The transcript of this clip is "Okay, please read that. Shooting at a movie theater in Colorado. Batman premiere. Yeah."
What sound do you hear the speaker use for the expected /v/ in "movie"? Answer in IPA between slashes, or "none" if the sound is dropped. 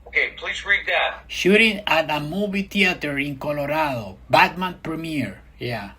/b/